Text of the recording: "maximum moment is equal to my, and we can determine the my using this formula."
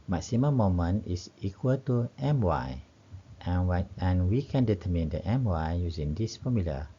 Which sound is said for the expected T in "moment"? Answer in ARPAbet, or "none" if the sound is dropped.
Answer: none